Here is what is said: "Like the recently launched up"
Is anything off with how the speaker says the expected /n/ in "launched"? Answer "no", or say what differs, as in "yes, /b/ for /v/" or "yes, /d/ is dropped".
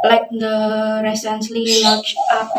yes, /n/ is dropped